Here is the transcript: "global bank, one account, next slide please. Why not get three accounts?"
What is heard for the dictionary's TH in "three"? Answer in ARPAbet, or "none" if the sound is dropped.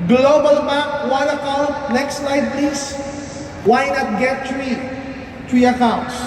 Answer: T